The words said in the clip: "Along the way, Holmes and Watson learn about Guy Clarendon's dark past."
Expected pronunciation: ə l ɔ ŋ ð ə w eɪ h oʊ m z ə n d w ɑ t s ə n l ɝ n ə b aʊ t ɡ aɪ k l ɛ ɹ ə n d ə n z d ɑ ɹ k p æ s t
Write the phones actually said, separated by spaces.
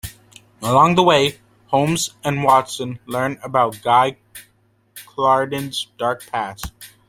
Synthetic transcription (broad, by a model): ə l ɔ ŋ ð ə w eɪ h oʊ m z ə n w ɑ t s ə n l ɝ n ə b aʊ t ɡ aɪ k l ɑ ɹ d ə n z d ɑ ɹ k p æ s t